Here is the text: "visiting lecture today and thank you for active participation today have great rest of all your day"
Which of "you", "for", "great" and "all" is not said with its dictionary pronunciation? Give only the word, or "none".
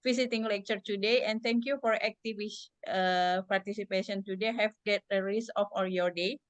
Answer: great